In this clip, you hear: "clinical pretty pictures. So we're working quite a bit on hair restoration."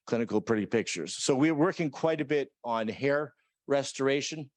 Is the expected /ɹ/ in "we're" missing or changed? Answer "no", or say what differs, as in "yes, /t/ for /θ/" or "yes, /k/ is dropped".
no